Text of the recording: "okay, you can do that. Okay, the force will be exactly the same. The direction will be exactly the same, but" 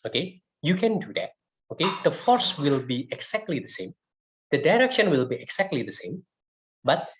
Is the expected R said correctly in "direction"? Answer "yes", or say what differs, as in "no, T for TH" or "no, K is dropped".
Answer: yes